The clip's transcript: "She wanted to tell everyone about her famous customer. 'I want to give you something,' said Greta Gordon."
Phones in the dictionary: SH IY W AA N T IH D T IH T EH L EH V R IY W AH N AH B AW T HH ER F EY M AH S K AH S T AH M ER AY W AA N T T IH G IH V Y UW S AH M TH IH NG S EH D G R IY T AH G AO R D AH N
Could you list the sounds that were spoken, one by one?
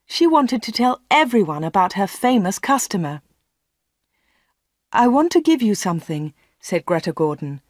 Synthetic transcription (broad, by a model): SH IY W AA N T IH D T IH T EH L EH V R IY W AH N AH B AW T HH ER F EY M AH S K AH S T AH M ER AY W AA N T T IH G IH V Y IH S AH M TH IH NG S EH D G R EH T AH G AO R D N